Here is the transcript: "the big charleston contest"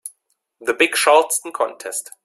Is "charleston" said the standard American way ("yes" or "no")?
no